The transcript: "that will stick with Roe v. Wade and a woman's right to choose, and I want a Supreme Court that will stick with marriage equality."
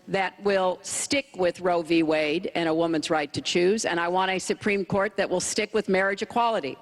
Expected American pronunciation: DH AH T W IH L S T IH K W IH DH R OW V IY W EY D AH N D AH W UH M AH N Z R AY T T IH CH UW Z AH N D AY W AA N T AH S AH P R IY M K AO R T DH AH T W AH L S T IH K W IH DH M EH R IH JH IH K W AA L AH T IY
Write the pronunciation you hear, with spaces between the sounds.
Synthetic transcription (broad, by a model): DH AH T W IH L S T IH K W IH DH R OW V IY W EY D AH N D AH W UH M AH N Z R AY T T IH CH UW Z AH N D AY W AA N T AH S AH P R IY M K AO R T DH AH T W AH L S T IH K W IH DH M EH R IH JH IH K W AA L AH T IY